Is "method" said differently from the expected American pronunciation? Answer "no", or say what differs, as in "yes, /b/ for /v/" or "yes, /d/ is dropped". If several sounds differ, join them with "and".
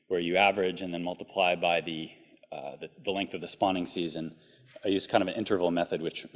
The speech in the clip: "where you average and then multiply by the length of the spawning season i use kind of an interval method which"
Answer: no